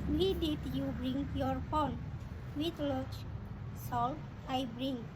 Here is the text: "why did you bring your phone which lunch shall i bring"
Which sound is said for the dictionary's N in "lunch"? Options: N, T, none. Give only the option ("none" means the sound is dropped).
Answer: none